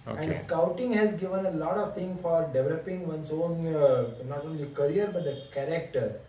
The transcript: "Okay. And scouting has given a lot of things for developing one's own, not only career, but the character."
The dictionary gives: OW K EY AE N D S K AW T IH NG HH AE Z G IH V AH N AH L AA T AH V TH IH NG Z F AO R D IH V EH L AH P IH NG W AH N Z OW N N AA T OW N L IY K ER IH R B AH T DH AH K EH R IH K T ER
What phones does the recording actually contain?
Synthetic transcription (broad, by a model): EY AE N D S K AW T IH NG HH AE Z G IH V AH N AH L AA T AH V T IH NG F AO R D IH V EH L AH P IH NG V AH N S OW N N AA T OW N L IY K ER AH R B AH T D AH K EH R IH K T ER